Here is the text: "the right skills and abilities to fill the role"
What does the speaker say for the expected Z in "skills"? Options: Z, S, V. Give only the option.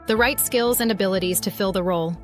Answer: Z